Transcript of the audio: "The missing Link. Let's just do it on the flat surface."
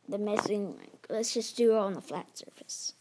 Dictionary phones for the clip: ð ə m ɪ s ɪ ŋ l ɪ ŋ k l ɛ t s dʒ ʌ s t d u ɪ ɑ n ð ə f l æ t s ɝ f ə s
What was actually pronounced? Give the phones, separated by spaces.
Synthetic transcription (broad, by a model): ð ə m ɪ s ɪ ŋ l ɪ k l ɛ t s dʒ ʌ s d u ɪ n ð ə f l æ t s ɝ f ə s